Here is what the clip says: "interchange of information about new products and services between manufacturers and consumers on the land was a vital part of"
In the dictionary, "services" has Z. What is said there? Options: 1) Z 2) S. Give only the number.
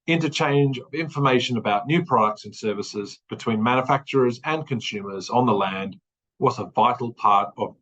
1